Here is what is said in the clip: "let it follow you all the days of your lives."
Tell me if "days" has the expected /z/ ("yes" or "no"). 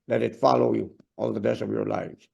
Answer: no